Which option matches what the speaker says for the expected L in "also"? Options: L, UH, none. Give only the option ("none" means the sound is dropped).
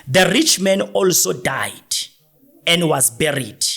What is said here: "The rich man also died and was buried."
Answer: L